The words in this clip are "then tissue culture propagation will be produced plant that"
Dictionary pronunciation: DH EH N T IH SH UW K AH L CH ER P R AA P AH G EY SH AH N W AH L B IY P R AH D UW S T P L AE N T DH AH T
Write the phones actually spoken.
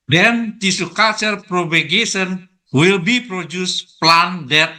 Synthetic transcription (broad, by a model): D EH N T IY S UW K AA CH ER P R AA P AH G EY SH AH N W AH L B IY P R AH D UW S P L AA N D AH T